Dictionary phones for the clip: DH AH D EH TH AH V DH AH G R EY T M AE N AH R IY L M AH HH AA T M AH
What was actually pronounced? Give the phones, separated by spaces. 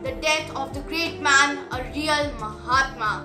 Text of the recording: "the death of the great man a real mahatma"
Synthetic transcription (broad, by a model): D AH D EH T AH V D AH G R EY T M AE N AH R IY L M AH HH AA T M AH